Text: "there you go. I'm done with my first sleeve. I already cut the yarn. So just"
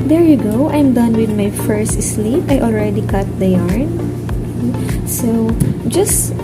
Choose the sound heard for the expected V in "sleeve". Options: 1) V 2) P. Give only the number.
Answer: 2